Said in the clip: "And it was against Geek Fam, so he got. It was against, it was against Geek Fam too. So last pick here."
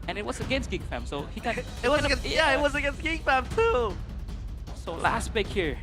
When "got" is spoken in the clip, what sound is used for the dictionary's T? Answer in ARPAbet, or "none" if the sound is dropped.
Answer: none